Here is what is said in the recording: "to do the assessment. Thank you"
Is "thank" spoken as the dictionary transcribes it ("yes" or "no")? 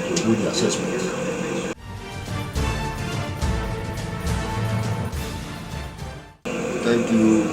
no